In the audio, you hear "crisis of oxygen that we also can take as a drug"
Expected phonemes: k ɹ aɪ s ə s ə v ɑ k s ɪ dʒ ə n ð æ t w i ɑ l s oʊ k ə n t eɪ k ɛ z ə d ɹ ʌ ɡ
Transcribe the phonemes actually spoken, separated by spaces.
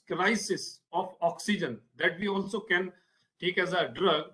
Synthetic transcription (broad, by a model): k ɹ aɪ s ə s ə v ɑ k s ɪ dʒ ə n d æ t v i ɑ l s oʊ k ə n t eɪ k ɛ z ə d ɹ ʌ ɡ